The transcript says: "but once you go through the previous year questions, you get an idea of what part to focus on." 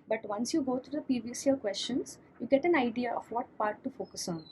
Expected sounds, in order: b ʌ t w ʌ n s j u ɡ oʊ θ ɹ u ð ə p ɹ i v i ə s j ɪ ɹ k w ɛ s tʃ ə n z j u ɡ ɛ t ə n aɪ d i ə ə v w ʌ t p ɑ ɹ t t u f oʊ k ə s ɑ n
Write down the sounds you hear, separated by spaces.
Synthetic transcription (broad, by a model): b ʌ t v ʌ n s j u ɡ oʊ t ɹ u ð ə p i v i s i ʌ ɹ k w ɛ s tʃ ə n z j u ɡ ɛ t ə n aɪ d i ə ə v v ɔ t p ɑ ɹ t t u f oʊ k ə s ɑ n